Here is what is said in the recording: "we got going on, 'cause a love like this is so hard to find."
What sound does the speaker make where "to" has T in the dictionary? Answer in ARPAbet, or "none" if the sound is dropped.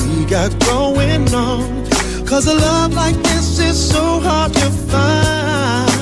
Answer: T